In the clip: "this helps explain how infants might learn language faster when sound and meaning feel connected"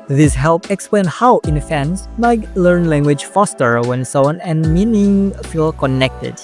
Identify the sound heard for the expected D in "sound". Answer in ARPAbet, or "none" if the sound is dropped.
none